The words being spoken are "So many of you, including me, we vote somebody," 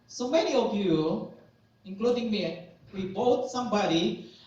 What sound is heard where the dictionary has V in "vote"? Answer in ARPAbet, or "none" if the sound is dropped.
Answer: B